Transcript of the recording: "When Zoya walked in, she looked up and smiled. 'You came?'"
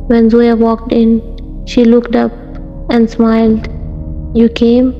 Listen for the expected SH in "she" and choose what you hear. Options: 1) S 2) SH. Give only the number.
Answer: 2